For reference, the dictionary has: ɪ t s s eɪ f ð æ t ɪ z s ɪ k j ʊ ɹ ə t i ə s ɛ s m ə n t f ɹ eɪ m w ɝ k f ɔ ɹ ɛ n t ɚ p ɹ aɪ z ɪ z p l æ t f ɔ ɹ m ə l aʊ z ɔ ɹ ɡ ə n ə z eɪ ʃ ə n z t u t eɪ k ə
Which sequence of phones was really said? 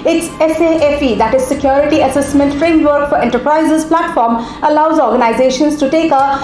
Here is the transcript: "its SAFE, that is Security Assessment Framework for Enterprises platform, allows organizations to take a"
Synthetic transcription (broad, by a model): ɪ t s s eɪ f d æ t ɪ z s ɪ k j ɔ ɹ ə t i ə s ɛ s m ə n t f ɹ eɪ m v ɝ k f ɔ ɹ ɛ n t ɚ p ɹ aɪ z ɪ z p l æ t f ɔ ɹ m ə l aʊ z ɔ ɹ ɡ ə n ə z eɪ ʃ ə n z t u t eɪ k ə